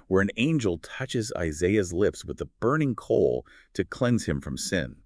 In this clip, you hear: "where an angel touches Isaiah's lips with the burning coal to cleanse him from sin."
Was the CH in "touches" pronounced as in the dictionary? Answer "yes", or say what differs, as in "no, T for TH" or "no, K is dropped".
yes